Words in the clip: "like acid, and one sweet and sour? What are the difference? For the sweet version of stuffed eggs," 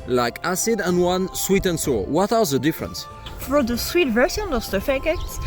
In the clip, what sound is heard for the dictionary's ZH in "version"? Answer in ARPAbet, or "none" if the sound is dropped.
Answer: S